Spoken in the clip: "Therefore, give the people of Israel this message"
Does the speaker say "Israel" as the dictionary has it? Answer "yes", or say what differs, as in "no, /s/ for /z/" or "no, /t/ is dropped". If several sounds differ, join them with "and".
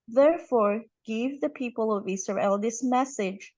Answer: no, /s/ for /z/